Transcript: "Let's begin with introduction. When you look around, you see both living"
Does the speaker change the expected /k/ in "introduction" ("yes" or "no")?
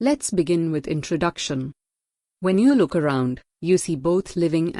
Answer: no